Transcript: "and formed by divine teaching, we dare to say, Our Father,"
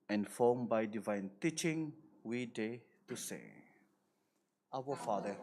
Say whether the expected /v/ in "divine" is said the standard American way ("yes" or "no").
yes